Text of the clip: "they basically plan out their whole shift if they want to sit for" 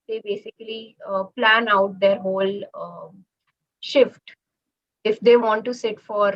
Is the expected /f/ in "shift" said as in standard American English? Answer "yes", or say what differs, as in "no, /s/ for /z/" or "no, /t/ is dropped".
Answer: yes